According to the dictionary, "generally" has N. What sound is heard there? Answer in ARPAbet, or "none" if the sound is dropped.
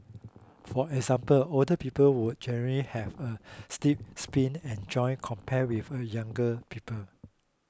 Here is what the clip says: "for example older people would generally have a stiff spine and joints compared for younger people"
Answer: N